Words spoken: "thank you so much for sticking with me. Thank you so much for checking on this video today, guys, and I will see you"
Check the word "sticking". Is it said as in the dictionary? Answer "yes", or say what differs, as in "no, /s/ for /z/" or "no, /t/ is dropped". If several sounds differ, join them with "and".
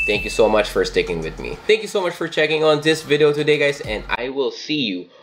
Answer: yes